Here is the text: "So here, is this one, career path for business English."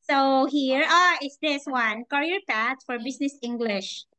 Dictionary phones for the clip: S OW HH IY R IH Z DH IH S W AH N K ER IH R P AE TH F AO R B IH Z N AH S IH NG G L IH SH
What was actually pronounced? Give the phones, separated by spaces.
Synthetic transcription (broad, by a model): S OW HH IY R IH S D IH S W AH N K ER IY R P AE T F AO R B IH S N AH S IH NG G L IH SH